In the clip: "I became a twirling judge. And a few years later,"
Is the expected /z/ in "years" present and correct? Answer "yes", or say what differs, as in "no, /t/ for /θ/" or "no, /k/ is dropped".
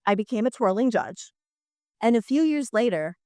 yes